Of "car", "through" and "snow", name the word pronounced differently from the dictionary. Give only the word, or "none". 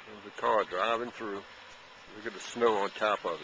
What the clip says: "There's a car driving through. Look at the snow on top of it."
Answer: none